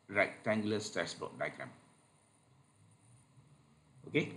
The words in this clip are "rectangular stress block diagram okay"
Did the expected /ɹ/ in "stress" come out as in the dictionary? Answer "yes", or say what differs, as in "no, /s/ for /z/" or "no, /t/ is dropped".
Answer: no, /ɹ/ is dropped